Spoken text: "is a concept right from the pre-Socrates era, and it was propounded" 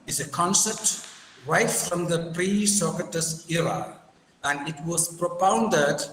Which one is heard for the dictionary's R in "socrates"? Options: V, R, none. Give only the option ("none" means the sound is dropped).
none